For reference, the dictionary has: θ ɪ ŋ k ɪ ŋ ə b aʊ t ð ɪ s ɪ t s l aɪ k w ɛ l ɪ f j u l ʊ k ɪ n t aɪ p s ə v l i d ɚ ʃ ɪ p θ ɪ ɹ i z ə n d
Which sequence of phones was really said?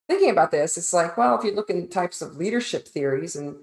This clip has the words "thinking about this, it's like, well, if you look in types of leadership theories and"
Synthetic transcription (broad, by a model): θ ɪ ŋ k ɪ ŋ ə b aʊ t ð ɪ s ɪ t s l aɪ k w ɛ l ɪ f j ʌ l ʊ k ɪ n t aɪ p s ə v l i d ɚ ʃ ɪ p θ ɪ ɹ i z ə n